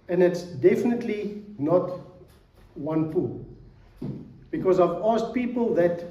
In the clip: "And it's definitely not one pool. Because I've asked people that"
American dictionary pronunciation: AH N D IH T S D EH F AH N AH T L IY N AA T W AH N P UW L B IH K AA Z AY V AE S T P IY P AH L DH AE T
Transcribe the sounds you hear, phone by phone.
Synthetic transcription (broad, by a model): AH N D IH T S D EH F AH N AH T L IY N AA T W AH N P UW L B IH K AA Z AY V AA S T P IY P AH L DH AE T